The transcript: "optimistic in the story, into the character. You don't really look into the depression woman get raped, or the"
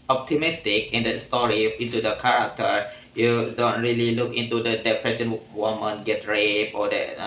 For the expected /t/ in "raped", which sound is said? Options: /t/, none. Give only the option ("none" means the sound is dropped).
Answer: none